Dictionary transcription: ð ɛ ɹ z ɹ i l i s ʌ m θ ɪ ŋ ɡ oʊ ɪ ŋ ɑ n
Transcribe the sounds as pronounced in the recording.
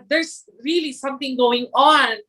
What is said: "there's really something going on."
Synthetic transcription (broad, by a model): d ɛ ɹ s ɹ i l i s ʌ m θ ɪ ŋ ɡ oʊ ɪ ŋ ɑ n